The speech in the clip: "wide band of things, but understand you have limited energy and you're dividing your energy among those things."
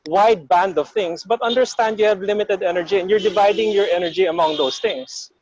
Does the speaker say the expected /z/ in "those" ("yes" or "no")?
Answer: no